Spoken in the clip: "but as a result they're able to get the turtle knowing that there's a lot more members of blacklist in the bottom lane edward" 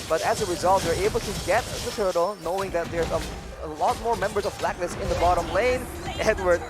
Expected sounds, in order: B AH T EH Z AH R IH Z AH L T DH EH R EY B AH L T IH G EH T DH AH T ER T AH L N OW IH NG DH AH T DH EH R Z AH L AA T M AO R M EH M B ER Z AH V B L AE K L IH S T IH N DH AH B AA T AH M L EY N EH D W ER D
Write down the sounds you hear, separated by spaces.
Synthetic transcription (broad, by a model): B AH T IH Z AH R IH Z AH L T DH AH R EY B L T IH G EH T DH AH T ER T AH L N OW IH NG DH AH T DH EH R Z AH L AA T M AO R M EH M B ER Z AH V B L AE K N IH S IH N DH AH B AA T AH M L EY N EH D W ER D